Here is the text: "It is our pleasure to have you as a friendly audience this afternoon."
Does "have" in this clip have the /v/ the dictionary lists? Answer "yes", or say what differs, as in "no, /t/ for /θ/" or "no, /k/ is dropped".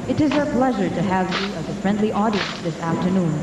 yes